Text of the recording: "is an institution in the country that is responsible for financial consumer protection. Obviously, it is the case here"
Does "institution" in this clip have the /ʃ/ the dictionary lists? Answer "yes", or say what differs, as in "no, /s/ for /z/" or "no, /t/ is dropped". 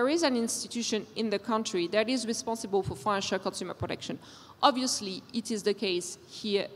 yes